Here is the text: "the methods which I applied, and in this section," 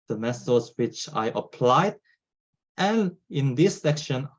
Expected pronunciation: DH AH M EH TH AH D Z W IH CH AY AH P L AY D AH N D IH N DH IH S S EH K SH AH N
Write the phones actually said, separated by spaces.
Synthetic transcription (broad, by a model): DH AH M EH S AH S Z W IH CH AY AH P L AY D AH N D IH N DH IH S S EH K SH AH N